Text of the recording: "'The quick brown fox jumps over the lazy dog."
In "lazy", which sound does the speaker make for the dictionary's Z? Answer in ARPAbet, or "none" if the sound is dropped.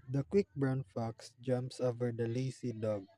S